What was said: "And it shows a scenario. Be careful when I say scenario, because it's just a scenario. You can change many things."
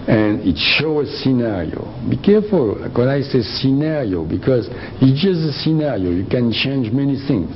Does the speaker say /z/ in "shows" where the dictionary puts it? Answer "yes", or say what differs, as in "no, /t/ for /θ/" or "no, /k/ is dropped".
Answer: no, /z/ is dropped